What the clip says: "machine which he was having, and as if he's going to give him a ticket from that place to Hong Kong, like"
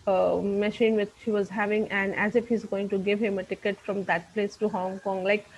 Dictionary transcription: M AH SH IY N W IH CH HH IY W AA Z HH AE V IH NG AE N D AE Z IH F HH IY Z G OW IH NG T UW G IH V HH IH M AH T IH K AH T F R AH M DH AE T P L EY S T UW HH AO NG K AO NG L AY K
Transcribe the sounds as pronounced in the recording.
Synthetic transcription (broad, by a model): M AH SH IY N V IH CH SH IY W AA Z HH AE V IH NG AE N D AE Z IH F HH IY Z G OW IH NG T UW G IH V HH IH M AH T IH K AH T F R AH M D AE T P L EY S T UW HH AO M K AO NG L AY K